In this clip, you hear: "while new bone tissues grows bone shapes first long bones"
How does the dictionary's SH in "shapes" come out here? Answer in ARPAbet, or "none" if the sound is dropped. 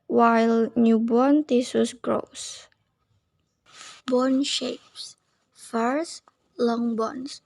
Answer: SH